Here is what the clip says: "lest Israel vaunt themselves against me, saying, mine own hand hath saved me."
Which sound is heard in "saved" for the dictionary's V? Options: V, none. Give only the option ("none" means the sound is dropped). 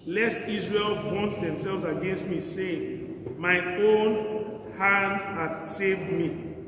V